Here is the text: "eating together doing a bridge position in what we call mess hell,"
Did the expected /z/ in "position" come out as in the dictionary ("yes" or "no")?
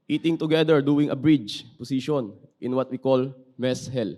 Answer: no